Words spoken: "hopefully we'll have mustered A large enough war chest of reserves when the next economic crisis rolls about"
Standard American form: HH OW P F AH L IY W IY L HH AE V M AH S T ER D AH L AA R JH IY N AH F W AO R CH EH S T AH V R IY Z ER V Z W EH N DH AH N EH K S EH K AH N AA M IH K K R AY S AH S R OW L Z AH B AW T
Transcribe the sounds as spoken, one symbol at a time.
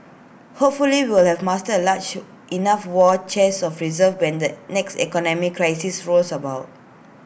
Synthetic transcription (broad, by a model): HH OW P F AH L IY W IY L HH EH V M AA S T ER AH L AA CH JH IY N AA F W AO CH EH S AH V R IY Z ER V W EH N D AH N EH K S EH K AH N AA M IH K K R AY S AH S R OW L S AH B AW T